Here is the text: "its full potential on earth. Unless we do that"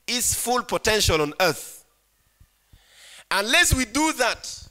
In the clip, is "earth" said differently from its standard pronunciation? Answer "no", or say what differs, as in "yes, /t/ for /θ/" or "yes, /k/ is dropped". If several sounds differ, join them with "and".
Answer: no